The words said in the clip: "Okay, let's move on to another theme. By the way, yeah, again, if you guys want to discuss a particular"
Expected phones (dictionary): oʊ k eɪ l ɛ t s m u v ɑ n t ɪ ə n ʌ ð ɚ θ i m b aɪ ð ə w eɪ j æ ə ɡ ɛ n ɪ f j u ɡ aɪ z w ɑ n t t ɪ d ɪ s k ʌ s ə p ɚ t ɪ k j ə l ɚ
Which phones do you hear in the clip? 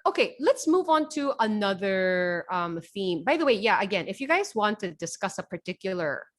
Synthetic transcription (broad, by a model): oʊ k eɪ l ɛ t s m u v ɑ n t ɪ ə n ʌ ð ɚ θ i m b aɪ ð ə w eɪ j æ ə ɡ ɛ n ɪ f j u ɡ aɪ z w ɑ n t t ɪ d ɪ s k ʌ s ə p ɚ t ɪ k j l ɚ